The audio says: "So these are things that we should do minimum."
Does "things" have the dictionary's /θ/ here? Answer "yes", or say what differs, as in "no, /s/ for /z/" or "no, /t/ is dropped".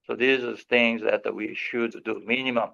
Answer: yes